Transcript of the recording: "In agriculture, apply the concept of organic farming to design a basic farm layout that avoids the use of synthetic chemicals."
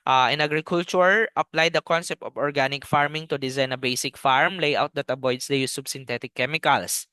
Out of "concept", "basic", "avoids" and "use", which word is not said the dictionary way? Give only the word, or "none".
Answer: avoids